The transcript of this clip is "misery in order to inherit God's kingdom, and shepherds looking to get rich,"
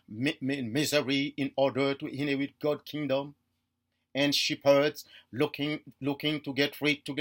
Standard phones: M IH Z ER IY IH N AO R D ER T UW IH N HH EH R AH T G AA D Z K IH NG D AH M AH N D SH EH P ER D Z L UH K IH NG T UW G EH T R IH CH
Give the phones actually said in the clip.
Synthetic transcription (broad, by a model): M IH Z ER IY IH N AO R D ER T UW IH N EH W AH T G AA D K IH NG D AH M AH N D SH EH P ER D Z L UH K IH NG T UW G EH T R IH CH